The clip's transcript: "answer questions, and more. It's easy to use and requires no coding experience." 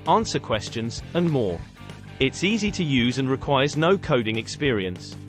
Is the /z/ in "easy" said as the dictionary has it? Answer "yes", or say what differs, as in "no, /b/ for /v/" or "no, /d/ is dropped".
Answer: yes